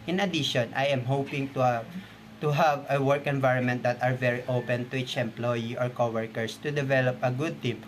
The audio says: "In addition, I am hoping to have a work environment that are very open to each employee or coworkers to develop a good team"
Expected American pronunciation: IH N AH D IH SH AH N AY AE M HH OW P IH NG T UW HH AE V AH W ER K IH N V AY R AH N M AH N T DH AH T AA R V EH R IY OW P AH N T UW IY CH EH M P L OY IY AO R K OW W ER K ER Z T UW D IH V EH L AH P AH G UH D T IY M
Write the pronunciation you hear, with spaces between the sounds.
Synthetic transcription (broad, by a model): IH N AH D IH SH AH N AY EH M HH OW P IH NG T UW HH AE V AH W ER K IH N V AY R AH N M AH N T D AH T AA R V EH R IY OW P AH N T UW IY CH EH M P L OY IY AO R K OW W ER K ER S T UW D IH V EH L AH P AH G UH D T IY M